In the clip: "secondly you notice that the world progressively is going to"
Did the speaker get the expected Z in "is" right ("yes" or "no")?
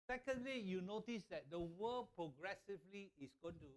no